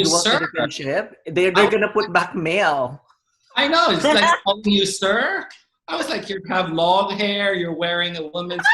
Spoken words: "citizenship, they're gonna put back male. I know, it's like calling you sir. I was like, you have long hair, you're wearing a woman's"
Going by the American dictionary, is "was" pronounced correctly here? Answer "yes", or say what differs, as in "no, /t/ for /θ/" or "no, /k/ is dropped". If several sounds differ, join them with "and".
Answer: yes